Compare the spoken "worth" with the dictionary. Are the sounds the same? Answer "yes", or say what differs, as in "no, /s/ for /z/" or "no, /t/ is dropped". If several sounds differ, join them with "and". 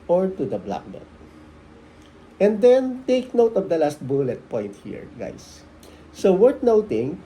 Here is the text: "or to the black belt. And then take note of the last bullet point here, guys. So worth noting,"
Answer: no, /t/ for /θ/